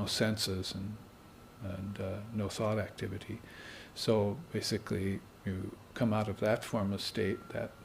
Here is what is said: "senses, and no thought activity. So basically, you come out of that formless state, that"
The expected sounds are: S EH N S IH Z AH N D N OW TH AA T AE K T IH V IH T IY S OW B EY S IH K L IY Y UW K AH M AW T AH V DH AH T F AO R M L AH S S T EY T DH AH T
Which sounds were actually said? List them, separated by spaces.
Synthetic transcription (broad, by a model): S EH N S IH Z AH N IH N OW TH AA T AE K T IH V IH T IY S OW B EY S IH K L IY Y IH K AH M AW T AH V DH AH T F AO R M AH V S T EY T DH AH T